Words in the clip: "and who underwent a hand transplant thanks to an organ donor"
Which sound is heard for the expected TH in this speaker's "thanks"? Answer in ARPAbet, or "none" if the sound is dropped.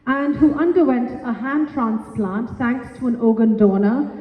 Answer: S